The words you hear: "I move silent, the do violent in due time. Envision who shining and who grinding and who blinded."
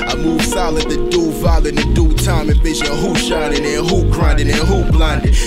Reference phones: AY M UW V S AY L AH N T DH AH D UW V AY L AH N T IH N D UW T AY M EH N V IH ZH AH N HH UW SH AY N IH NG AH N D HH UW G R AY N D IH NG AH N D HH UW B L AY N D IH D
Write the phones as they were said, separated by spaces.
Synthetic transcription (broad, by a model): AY M UW V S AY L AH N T DH AH D UW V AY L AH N IH D UW T AY M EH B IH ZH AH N HH UW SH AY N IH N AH HH UW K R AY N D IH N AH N HH UW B L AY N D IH